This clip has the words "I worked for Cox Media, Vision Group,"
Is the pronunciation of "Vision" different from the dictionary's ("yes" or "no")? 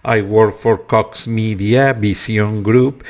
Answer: yes